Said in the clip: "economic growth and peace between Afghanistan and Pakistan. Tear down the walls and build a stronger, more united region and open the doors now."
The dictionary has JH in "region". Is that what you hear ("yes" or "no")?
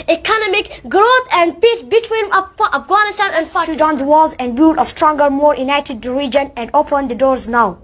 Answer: yes